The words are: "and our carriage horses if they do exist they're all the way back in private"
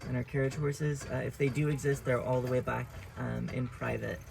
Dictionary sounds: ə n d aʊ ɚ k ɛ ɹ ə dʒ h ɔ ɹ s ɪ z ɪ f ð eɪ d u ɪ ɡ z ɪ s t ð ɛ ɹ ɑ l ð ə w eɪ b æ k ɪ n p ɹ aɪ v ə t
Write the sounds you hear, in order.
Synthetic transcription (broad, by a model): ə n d aʊ ɚ k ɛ ɹ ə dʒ h ɔ ɹ s ɪ z ɪ f ð eɪ d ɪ ɪ ɡ z ɪ s t ð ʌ ɹ ɑ l ð ə w eɪ b æ k ɪ n p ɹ aɪ v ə t